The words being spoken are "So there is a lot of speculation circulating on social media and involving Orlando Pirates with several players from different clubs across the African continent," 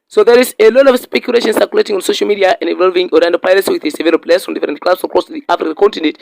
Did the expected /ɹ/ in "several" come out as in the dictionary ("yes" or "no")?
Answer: no